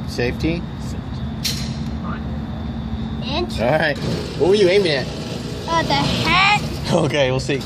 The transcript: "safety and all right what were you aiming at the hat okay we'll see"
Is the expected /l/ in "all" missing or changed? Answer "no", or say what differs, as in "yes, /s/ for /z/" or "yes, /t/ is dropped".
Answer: yes, /n/ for /l/